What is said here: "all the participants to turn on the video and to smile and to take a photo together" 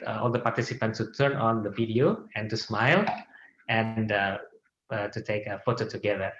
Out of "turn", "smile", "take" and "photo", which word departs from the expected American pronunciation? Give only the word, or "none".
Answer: none